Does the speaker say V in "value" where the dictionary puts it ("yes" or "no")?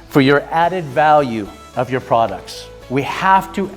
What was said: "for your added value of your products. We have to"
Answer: yes